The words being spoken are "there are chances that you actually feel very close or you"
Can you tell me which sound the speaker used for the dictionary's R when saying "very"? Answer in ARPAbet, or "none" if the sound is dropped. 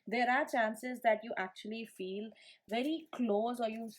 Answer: R